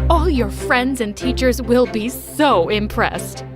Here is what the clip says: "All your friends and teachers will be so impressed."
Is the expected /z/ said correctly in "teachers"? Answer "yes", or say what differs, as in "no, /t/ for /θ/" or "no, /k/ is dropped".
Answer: yes